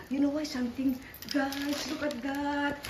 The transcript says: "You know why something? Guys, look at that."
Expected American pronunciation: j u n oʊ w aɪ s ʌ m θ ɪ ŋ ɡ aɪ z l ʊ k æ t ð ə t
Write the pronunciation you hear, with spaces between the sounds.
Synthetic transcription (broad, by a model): j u n oʊ w aɪ s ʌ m t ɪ ŋ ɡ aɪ s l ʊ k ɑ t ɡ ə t